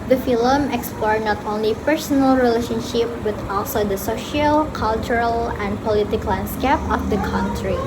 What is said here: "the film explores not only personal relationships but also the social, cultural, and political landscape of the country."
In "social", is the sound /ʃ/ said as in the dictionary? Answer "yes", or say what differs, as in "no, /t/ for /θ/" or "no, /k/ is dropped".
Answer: yes